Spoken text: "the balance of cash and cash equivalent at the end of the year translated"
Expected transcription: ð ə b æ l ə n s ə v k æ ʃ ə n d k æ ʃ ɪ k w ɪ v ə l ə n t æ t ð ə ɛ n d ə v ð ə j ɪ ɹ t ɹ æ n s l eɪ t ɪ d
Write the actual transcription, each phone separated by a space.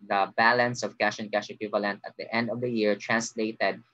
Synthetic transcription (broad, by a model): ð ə b æ l ə n s ə v k æ ʃ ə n k æ ʃ ɪ k w ɪ v ə l ə n t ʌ t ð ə ɛ n d ə v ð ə j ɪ ɹ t ɹ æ n s l eɪ t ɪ d